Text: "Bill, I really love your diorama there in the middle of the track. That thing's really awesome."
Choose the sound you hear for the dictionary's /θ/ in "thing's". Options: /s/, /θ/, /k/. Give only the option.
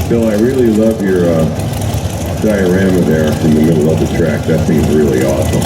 /s/